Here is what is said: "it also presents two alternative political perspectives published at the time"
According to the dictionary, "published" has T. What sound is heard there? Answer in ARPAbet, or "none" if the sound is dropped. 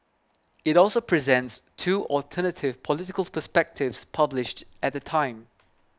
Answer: T